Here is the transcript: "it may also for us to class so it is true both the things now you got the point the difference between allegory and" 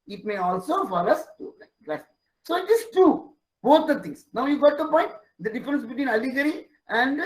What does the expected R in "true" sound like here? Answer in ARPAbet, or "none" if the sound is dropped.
none